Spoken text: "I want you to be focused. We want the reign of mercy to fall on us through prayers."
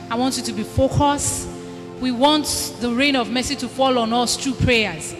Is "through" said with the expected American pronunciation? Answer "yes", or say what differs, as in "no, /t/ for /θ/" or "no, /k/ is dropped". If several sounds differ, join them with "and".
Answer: no, /t/ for /θ/